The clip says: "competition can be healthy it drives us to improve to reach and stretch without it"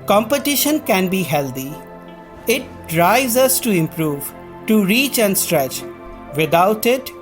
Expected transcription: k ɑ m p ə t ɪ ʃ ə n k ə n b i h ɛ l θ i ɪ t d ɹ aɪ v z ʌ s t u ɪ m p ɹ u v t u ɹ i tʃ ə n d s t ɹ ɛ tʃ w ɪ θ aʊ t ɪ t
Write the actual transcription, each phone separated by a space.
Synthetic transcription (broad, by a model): k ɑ m p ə t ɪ ʃ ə n k ə n b i h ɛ l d i ɪ t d ɹ aɪ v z ʌ s t u ɪ m p ɹ u v t u ɹ i tʃ ə n d s t ɹ ɛ tʃ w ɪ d aʊ t ɪ t